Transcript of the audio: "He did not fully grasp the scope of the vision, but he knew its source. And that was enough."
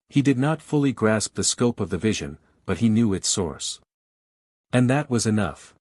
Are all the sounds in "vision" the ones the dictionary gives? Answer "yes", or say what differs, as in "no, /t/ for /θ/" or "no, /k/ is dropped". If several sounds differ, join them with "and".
yes